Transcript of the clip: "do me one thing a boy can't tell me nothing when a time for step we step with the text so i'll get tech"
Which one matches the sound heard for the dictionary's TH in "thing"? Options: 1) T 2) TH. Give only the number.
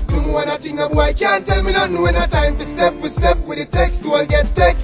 1